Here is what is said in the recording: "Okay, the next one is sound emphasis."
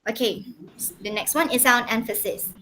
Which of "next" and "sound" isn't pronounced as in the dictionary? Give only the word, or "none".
sound